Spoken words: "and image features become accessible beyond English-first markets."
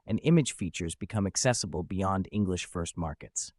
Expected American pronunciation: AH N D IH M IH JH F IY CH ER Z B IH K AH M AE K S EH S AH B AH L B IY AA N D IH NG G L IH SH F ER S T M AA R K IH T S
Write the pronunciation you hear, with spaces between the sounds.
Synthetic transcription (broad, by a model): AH N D IH M IH JH F IY CH ER Z B IH K AH M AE K S EH S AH B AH L B IY AA N D IH NG G L IH SH F ER S T M AA R K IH T S